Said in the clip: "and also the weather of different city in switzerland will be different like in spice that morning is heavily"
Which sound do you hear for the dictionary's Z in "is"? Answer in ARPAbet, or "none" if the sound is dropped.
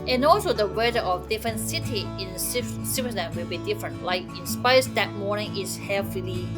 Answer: S